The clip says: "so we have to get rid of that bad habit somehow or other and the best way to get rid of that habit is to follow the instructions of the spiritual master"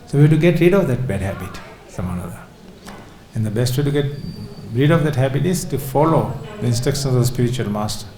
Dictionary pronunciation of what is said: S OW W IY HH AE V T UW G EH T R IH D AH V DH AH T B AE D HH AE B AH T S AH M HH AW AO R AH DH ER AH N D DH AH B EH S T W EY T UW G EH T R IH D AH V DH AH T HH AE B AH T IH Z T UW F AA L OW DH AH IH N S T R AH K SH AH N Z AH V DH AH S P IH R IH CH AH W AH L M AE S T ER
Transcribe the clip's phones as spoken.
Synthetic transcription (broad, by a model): S OW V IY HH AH T UW G EH T R IH D AH V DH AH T B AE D HH AE B AH T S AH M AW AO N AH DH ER AH N D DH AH B EH S T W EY T UW G EH T R IH D AH V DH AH T HH AE B AH T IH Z T UW F AA L OW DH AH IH N S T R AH K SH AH N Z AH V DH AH S P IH R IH CH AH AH L M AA S T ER